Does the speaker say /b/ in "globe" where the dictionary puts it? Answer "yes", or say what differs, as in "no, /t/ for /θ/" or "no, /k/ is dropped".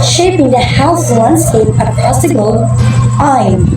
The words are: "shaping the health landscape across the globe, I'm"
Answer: no, /b/ is dropped